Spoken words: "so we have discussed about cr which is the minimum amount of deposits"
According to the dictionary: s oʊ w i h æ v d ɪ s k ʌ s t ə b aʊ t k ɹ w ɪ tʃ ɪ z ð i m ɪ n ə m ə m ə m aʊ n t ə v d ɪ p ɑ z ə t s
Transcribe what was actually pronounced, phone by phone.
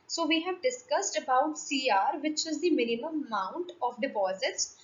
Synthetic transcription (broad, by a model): s oʊ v i h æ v d ɪ s k ʌ s t ə b aʊ t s ɹ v ɪ tʃ ɪ z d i m ɪ n ə m ə m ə ʊ n t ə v d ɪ p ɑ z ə t s